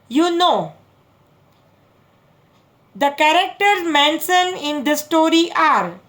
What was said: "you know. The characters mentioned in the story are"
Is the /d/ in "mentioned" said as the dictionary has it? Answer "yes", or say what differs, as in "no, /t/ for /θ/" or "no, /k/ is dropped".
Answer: no, /d/ is dropped